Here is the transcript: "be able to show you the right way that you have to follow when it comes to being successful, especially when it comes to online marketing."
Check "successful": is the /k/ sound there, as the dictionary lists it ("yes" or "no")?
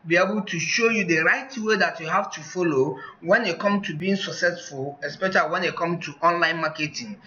yes